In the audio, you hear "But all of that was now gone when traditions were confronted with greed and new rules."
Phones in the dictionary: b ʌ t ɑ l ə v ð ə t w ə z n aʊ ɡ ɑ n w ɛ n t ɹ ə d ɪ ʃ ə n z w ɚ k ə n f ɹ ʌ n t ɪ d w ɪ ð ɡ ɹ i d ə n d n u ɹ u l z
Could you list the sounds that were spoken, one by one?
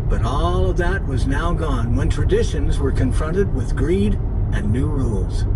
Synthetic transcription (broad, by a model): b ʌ t ɑ l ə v ð ə t w ə z n aʊ ɡ ɑ n w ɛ n t ɹ ə d ɪ ʃ ə n z w ɚ k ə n f ɹ ʌ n t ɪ d w ɪ ð ɡ ɹ i d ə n n u ɹ u l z